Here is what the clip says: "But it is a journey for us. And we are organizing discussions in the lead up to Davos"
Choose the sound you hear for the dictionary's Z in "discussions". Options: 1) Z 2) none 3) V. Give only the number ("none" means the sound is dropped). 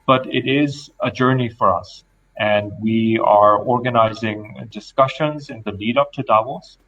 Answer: 1